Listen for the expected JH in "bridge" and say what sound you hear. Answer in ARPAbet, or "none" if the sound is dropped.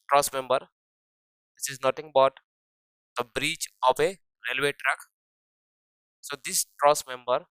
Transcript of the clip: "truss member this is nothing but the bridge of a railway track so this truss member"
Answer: CH